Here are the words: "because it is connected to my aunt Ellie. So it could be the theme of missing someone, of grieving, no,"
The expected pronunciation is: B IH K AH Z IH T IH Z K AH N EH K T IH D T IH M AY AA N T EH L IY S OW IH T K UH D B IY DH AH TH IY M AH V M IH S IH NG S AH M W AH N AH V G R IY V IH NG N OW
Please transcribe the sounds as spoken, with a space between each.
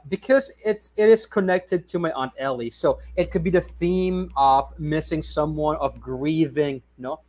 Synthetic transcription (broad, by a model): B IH K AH Z IH T IH Z K AH N EH K T IH D T IH M AY AA N T EH L IY S OW IH T K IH D B IY DH AH TH IY M AH V M IH S IH NG S AH M W AH N AH V G R IY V IH NG N OW